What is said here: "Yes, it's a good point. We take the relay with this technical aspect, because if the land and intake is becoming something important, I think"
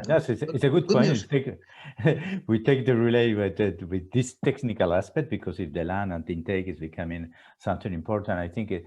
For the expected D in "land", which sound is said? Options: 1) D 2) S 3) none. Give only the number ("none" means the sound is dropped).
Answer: 3